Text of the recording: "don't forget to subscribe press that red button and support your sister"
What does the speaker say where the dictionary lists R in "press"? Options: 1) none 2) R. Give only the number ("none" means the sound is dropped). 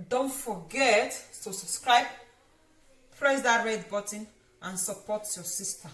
2